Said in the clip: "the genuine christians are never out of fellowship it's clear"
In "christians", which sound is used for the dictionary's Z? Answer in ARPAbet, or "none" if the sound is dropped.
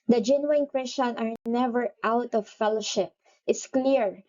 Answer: none